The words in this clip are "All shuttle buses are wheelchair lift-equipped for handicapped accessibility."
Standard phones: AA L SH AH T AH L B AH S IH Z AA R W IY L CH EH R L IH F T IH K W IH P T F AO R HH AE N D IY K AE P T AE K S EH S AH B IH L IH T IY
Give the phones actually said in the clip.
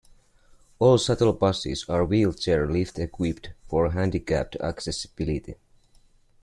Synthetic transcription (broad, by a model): AA L S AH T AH L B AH S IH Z AA R W IY L CH EH R L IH F T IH K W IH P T F AO R HH AE N D IY K AE P T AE K S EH S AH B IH L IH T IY